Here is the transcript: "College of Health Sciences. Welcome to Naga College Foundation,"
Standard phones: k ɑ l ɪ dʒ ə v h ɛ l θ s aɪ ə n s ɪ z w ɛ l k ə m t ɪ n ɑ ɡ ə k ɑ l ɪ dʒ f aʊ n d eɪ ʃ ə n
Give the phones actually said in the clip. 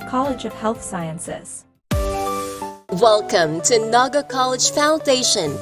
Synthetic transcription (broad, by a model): k ɑ l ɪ dʒ ə v h ɛ l θ s aɪ ə n s ɪ z w ɛ l k ə m t ɪ n ɑ ɡ ə k ɑ l ɪ dʒ f aʊ n d eɪ ʃ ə n